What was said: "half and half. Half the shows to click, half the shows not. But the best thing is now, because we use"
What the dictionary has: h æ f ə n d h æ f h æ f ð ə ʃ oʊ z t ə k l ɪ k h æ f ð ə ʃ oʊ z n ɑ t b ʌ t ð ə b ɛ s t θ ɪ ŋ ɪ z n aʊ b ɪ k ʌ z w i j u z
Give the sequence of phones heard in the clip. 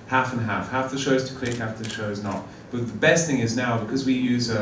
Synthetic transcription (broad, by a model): h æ f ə n h æ f h æ f ð ə ʃ oʊ z t ə k l ɪ k h æ f ð ə ʃ oʊ z n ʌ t b ʌ t ð ə b ɛ s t θ ɪ ŋ ɪ z n aʊ b ɪ k ʌ z w i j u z